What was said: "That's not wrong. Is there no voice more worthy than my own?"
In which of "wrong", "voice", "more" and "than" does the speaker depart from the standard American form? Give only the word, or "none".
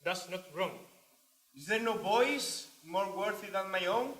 voice